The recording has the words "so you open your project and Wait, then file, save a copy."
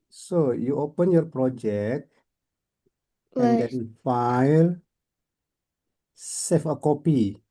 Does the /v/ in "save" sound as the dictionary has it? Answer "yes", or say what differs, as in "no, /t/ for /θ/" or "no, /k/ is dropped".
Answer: no, /f/ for /v/